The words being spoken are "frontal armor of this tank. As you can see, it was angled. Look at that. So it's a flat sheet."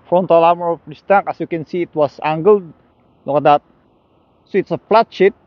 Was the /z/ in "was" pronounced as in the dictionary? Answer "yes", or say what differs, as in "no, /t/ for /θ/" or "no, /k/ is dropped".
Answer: no, /s/ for /z/